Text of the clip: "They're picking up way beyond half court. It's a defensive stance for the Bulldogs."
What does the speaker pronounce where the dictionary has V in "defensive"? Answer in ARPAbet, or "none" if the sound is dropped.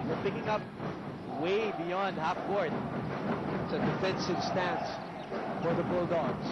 B